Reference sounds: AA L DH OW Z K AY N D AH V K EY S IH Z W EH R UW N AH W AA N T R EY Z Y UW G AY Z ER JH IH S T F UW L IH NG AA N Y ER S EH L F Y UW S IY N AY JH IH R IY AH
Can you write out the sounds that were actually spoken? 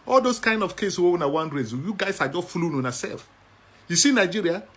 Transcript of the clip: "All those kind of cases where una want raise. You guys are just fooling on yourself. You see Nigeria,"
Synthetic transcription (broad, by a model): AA L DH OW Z K AY N D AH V K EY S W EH W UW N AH W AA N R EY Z Y UW G AY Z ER JH IH S T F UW L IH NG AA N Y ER S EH L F Y UW S IY N AY JH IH R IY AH